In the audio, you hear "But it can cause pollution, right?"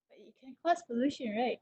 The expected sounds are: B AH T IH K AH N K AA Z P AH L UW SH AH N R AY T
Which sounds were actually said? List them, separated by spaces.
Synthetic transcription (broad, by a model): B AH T IH K AH N K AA S P AH L UW SH AH N R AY T